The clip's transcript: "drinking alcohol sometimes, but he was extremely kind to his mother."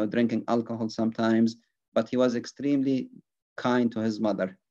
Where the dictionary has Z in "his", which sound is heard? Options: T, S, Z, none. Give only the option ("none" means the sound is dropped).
Z